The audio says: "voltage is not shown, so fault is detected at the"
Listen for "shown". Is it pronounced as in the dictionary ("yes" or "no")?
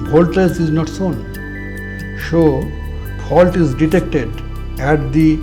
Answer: no